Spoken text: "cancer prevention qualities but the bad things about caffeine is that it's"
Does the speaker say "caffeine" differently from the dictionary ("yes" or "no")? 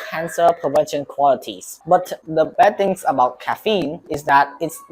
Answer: no